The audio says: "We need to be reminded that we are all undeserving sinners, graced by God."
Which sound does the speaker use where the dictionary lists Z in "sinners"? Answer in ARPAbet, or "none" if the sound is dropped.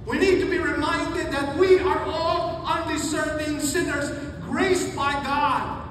Z